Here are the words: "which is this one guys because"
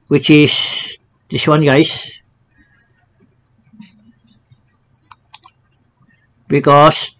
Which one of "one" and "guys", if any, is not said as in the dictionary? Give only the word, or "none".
guys